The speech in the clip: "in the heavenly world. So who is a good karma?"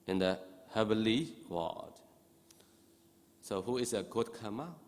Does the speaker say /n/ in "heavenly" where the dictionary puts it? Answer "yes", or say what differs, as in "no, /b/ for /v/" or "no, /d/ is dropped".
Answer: no, /n/ is dropped